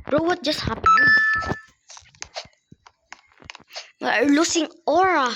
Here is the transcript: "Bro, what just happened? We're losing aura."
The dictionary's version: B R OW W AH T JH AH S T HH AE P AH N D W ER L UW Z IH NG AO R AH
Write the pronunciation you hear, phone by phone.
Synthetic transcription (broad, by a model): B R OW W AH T JH AH S T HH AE P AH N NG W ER L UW S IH NG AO R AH